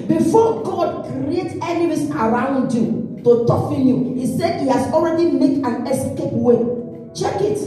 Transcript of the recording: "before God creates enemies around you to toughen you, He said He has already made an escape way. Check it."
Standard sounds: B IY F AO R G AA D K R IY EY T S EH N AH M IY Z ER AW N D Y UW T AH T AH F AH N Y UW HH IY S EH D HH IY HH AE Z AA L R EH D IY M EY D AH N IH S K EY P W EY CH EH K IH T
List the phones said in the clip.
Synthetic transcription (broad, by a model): B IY F AO G AA D K R IY EY T EH N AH M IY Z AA AW N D Y UW T AH T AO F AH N Y UW HH IY S EH D HH IY HH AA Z AA L R EH D IY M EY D AH N IH S K EY P W EY CH EH K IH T